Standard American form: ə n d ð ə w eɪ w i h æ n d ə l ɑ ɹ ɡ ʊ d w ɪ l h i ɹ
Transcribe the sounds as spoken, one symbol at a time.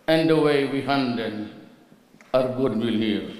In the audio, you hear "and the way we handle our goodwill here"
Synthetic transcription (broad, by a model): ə n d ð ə w eɪ w i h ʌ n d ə n ɑ ɹ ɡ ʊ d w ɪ l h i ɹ